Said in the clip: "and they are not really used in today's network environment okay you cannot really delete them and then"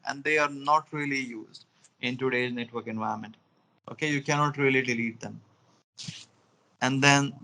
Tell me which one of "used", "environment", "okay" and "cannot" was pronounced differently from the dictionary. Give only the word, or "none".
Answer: environment